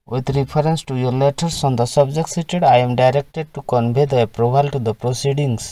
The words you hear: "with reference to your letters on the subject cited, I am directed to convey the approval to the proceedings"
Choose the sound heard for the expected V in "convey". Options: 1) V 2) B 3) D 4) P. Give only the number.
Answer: 2